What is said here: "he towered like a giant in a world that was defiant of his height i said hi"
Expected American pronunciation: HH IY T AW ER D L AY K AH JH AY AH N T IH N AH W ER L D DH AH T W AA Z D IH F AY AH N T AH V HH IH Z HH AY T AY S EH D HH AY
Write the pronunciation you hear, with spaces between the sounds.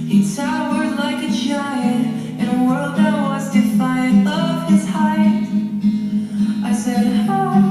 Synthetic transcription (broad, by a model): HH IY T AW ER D L AY K AH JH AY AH T IH N AH W ER L D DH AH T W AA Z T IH F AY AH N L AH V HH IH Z HH AY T AY S EH D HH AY